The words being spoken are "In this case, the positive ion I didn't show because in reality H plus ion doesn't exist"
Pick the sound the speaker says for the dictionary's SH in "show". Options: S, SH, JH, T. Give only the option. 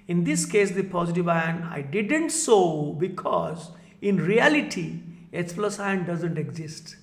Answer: S